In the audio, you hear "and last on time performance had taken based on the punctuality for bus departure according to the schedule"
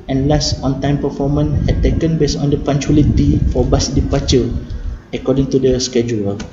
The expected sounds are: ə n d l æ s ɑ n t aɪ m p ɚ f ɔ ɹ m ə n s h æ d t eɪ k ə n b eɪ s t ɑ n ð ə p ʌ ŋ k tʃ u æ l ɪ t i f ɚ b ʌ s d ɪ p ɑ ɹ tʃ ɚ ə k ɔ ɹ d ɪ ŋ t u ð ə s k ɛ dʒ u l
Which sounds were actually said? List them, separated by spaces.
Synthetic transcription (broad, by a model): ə n l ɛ s ɑ n t aɪ m p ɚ f ɔ m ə n h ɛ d t eɪ k ə n b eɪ s ɑ n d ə p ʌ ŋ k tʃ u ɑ l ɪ t i f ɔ b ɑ s d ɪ p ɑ tʃ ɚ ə k ɔ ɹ d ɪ ŋ t u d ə s k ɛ dʒ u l